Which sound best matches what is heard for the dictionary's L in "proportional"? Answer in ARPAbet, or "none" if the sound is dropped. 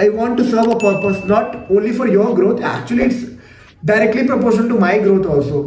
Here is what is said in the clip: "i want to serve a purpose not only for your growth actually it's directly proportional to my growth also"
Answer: N